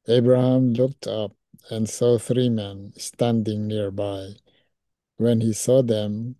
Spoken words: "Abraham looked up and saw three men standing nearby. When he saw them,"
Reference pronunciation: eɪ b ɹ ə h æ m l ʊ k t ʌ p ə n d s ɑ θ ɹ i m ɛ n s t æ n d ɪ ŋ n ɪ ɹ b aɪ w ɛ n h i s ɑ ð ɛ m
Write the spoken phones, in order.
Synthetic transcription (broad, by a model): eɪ b ɹ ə h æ m l ʊ k t ʌ p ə n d s ɑ θ ɹ i m ɛ n s t æ n d ɪ ŋ n ɪ ɹ b aɪ w ɛ n h i s ɑ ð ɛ m